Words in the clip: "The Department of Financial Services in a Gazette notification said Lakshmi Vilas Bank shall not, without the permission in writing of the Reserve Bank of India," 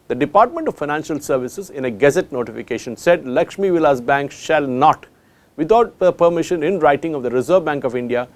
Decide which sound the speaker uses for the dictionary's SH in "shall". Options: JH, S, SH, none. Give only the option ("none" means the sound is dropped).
SH